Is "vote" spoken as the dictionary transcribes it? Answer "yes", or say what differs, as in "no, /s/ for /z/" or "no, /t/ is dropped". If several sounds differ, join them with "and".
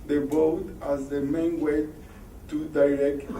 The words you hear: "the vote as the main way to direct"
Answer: no, /b/ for /v/